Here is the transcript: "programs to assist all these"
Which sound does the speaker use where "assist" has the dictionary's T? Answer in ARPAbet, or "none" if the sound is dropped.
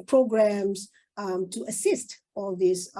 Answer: T